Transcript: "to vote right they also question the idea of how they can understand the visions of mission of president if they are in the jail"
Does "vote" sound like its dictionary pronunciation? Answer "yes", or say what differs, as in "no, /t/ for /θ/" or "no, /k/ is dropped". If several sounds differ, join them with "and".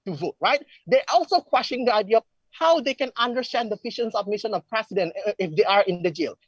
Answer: yes